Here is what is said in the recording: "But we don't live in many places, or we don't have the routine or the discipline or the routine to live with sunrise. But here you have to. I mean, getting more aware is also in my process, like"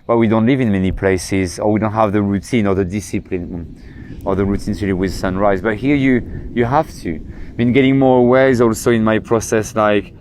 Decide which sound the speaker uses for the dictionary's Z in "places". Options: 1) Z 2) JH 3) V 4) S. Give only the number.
1